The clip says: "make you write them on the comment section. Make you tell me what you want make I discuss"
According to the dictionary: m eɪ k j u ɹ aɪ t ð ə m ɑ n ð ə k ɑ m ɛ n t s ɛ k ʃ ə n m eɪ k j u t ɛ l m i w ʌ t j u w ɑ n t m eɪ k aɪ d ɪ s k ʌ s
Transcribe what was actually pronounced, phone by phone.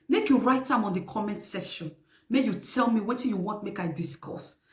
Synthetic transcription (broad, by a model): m eɪ k j u ɹ aɪ t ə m ɑ n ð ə k ɑ m ɛ n t s ɛ ʃ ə n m eɪ j u t ɛ l m i w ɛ t j u w ɑ n t m eɪ k aɪ d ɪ s k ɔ s